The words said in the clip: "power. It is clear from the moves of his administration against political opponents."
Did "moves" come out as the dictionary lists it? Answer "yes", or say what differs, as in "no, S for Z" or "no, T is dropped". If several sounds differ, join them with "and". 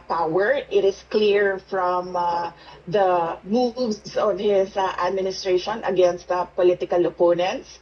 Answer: no, S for Z